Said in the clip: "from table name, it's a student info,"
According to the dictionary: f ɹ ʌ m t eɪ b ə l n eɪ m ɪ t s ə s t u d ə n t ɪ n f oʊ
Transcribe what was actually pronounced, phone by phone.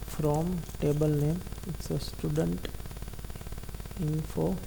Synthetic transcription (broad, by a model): f ɹ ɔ m t eɪ b ə l n eɪ m ɪ t s ə s t u d ə n t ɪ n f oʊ